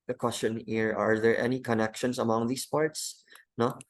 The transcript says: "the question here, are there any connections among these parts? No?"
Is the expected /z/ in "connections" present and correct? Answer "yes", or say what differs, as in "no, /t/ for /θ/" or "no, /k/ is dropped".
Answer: no, /s/ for /z/